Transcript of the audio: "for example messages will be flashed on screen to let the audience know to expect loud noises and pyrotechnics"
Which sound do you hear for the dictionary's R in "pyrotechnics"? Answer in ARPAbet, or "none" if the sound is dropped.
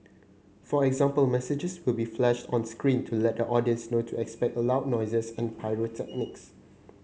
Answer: R